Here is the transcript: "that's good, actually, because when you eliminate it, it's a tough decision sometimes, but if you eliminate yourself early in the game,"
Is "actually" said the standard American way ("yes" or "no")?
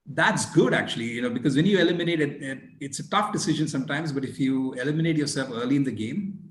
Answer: no